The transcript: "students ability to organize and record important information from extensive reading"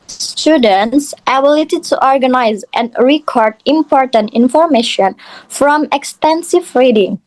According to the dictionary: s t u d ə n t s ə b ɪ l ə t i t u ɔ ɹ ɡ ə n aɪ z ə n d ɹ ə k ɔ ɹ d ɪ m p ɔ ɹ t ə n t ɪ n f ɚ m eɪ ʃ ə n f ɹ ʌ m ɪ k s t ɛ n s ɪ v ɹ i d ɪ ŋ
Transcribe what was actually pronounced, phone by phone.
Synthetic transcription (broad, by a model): s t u d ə n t s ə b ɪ l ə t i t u ɔ ɹ ɡ ə n aɪ z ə n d ɹ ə k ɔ ɹ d ɪ m p ɔ ɹ t ə n t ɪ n f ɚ m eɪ ʃ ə n f ɹ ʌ m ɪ k s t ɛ n s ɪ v ɹ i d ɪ ŋ